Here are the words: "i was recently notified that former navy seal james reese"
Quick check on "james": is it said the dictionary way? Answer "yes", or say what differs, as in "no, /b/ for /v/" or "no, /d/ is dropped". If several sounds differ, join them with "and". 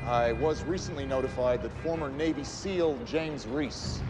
yes